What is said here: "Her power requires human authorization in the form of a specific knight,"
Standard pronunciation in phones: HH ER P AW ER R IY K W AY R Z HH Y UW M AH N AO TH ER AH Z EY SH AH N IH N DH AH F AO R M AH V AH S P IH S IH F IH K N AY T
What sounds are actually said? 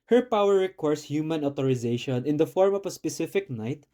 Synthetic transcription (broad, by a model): HH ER P AW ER R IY K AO R S HH Y UW M AH N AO T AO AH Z EY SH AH N IH N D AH F AO R M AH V AH S P IH S IH F IH K N AY T